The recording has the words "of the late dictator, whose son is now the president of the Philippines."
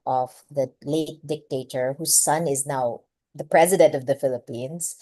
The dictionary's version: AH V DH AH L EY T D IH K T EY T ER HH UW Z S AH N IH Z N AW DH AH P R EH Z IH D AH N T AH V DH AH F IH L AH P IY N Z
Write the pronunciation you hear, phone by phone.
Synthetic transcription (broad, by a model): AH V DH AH L EY T D IH K T EY T ER HH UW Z S AH N IH Z N AW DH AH P R EH Z IH D AH N T AH V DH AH F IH L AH P IY N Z